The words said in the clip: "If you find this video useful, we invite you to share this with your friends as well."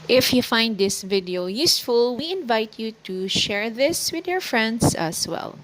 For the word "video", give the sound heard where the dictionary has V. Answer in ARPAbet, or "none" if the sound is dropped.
V